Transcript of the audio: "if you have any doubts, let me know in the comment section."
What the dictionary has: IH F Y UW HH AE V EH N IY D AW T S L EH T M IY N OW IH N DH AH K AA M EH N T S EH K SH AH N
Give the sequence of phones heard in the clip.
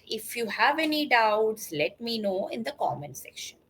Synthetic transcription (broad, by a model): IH F Y UW HH AE V EH N IY D AW T S L EH T M IY N OW IH N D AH K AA M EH N S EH K SH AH N